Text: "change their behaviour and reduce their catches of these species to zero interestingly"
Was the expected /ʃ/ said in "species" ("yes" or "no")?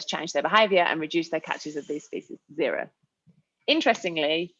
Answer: no